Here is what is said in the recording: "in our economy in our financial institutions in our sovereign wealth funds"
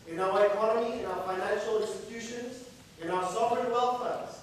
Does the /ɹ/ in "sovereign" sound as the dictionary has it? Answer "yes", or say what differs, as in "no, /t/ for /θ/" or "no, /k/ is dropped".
no, /ɹ/ is dropped